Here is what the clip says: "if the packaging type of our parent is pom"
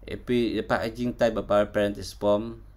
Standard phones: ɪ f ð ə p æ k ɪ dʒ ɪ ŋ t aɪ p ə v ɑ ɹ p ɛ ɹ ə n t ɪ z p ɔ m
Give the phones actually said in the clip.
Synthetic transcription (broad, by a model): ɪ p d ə p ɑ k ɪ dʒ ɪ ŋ t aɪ b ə p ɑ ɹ p ɛ ɹ ə n t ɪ s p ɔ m